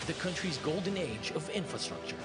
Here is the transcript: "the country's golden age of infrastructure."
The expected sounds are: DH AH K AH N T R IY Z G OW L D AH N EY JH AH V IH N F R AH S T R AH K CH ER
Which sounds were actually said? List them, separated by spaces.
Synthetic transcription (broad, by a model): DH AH K AH N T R IY Z G OW L D N EY JH AH V IH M F R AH S T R AH K CH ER